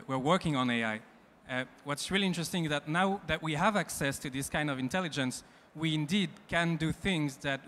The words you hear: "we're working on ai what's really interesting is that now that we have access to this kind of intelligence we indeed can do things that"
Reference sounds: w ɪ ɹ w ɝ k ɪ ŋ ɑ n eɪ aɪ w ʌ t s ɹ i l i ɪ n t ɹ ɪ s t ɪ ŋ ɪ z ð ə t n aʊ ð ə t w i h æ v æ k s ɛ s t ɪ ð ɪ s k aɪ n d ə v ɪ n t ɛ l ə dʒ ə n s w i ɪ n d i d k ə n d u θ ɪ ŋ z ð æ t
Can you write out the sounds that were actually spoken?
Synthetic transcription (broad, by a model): w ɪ ɹ w ɝ k ɪ ŋ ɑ n eɪ aɪ w ʌ t s ɹ i l i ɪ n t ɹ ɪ s t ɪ ŋ ɪ z ð ə t n aʊ ð ə t w i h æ v æ k s ɛ s t ɪ ð ɪ s k aɪ n d ə v ɪ n t ɛ l ə dʒ ə n s w i ɪ n d i d k ə n d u θ ɪ ŋ z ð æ t